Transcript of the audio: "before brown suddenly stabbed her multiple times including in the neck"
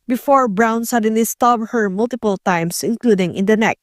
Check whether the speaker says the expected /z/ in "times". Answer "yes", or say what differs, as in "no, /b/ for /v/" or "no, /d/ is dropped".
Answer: no, /s/ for /z/